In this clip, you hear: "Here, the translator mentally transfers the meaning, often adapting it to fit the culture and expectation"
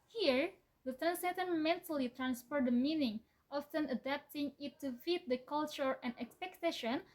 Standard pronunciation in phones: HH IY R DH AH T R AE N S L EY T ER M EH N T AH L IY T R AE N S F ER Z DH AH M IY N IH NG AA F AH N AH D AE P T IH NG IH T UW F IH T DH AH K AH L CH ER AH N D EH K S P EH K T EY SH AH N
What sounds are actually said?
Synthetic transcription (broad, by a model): HH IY R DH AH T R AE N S EY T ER M EH N T AH L IY T R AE N S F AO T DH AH M IY N IH NG AA F AH N AH D AE P T IH NG IH T UW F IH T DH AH K AH L CH ER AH N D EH K S P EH K T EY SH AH N